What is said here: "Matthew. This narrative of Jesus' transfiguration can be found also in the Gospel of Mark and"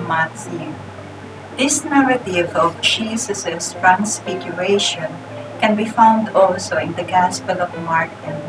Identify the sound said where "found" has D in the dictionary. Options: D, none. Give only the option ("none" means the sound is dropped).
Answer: D